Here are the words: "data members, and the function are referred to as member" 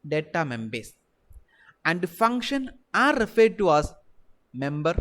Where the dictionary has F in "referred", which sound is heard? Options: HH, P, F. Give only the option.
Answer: F